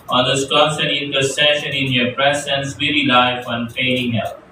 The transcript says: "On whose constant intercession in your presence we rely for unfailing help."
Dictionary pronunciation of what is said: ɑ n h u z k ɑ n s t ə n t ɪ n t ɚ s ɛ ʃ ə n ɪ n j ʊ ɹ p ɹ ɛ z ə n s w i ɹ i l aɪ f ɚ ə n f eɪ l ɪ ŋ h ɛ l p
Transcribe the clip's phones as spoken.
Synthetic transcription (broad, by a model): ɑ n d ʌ s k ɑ s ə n ɪ n t ɚ s ɛ ʃ ə n ɪ n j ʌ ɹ p ɹ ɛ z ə n s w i ɹ i l aɪ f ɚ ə n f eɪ ɪ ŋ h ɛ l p